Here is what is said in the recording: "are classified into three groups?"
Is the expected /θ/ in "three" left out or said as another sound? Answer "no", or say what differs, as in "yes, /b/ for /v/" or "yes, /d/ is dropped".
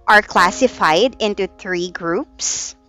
no